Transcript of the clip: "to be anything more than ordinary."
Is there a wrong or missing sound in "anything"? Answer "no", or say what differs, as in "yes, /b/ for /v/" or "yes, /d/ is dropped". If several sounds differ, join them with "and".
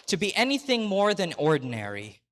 no